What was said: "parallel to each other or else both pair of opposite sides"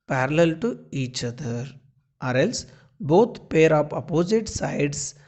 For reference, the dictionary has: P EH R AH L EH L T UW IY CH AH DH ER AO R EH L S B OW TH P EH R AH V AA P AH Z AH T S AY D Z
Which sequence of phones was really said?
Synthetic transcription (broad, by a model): P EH R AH L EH L T UW IY CH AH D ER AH R EH L S B OW T P EH R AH P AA P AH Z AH T S AY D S